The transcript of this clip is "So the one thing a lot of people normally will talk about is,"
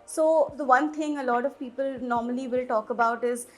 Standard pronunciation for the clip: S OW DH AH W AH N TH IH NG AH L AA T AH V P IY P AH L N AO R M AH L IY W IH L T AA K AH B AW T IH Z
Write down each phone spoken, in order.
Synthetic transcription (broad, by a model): S OW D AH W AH N T IH NG AH L AA T AH V P IY P AH L N AO R M AH L IY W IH L T AA K AH B AW T IH Z